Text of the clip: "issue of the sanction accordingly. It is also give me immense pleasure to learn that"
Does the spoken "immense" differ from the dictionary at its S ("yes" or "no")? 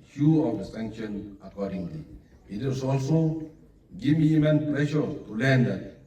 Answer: yes